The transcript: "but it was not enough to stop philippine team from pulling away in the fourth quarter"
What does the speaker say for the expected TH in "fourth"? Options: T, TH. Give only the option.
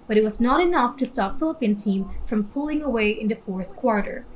TH